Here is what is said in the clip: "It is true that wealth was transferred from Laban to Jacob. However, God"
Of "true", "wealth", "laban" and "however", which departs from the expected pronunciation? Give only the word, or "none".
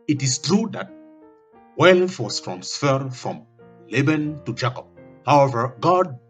wealth